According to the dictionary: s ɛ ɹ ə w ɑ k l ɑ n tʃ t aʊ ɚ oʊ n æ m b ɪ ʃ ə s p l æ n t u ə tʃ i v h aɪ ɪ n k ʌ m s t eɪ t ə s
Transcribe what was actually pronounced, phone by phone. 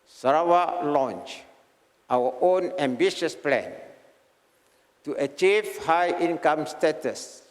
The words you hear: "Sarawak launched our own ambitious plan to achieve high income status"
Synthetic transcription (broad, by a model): s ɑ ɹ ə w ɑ l ɑ n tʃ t aʊ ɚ oʊ n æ m b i ʃ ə s p l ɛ n t u ə tʃ i v h aɪ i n k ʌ m s t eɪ t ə s